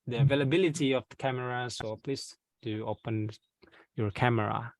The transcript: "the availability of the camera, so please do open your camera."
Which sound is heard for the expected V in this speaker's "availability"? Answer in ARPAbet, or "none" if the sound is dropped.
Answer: V